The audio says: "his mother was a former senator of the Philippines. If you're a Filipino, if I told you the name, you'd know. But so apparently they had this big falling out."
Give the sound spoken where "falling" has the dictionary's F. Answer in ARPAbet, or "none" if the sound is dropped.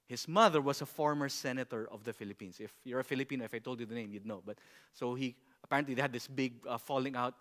F